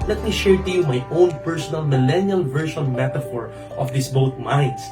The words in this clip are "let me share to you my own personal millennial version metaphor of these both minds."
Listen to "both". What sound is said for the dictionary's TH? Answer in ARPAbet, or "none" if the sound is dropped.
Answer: T